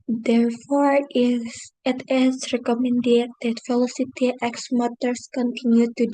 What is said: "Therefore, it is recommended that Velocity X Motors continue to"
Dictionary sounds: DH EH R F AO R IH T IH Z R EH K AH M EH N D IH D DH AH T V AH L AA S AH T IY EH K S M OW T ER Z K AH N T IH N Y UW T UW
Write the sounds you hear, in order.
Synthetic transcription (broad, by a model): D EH R F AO R IH T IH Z R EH K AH M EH N D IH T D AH T F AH L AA S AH T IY EH K S M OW T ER S K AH N T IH N Y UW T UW